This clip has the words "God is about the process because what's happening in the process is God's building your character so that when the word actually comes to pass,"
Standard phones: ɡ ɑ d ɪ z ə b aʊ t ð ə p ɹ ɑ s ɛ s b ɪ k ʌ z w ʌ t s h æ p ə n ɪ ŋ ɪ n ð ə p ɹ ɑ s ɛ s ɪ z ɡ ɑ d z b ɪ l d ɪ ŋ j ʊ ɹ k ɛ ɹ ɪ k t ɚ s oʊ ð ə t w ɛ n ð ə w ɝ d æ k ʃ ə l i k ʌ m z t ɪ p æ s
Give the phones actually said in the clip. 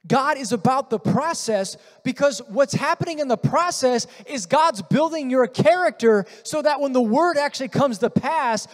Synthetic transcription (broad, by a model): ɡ ɑ d ɪ z ə b aʊ t ð ə p ɹ ɑ s ɛ s b ɪ k ʌ z w ʌ t s h æ p ə n ɪ ŋ ɪ n ð ə p ɹ ɑ s ɛ s ɪ z ɡ ɑ d z b ɪ l d ɪ ŋ j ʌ ɹ k ɛ ɹ ɪ k t ɚ s oʊ ð ə t w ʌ n ð ə w ɝ d æ k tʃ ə l i k ʌ m z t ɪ p æ s